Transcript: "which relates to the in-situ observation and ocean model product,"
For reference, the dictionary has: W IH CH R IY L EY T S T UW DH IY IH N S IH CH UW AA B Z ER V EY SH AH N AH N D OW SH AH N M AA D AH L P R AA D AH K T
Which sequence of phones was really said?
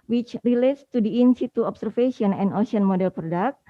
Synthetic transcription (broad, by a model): W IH CH R IY L EY T S T UW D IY IH N S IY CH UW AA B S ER F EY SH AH N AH N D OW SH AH N M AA D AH L P R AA D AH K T